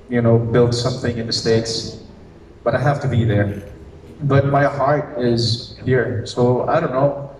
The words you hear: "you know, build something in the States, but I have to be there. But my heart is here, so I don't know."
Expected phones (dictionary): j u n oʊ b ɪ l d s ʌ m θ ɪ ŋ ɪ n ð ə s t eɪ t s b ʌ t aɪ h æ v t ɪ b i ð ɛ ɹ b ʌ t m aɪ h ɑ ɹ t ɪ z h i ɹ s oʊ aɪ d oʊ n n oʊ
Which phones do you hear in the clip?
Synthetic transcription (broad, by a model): j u n oʊ b ɪ l d s ʌ m θ ɪ ŋ ɪ n ð ə s t eɪ t s b ʌ t aɪ h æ f t ɪ b i ð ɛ ɹ b ʌ t m aɪ h ɑ ɹ t ɪ z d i ɹ s oʊ aɪ d oʊ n n oʊ